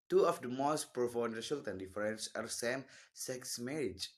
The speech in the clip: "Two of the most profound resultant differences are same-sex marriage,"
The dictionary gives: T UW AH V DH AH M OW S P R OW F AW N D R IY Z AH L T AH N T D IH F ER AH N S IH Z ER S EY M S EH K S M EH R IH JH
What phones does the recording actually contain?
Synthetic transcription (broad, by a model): T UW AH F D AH M OW S P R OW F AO D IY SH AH L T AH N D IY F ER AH N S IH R S EY M S EH K S M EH R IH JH